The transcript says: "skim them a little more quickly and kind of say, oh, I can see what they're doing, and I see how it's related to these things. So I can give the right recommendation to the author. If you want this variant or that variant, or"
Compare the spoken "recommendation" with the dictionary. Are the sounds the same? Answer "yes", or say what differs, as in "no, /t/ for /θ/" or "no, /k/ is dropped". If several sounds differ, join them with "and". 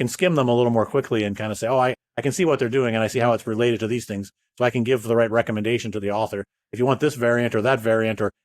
yes